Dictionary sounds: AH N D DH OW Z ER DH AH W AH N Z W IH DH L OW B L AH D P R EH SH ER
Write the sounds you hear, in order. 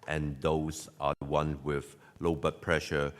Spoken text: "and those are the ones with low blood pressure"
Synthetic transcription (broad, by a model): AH N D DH OW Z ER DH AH W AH N W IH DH L OW B AH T P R EH SH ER